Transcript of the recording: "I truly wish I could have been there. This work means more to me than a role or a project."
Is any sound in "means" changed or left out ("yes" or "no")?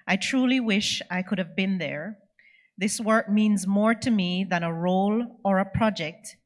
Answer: no